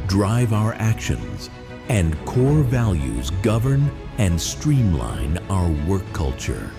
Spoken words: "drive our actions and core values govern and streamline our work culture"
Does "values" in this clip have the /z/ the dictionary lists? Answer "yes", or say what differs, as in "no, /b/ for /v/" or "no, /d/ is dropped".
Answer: yes